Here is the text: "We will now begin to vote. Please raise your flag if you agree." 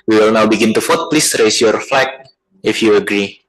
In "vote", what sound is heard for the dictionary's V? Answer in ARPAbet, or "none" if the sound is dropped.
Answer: F